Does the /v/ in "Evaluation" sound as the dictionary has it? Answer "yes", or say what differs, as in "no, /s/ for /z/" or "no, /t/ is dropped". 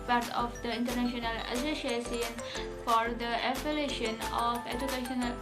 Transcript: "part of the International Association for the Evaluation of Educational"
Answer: no, /p/ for /v/